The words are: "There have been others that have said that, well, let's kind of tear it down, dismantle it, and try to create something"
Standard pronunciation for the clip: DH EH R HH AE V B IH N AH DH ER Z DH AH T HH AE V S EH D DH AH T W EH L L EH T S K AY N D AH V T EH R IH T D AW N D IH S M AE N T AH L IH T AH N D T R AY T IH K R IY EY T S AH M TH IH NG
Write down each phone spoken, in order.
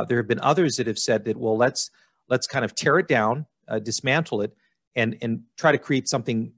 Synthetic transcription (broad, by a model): DH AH R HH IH V B IH N AH DH ER Z DH AH T HH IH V S EH D DH AH T W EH L L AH T S K AY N D AH V T EH R IH T D AW N D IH S M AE N T L IH T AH N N T R AY T IH K R IY EY T S AH M TH IH NG